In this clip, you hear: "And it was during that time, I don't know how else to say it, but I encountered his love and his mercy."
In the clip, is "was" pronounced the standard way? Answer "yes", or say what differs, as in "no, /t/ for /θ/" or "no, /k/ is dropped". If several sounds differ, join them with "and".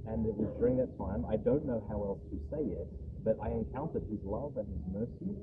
yes